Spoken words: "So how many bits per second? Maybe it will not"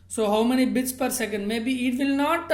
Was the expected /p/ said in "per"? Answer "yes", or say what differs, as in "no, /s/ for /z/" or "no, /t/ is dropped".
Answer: yes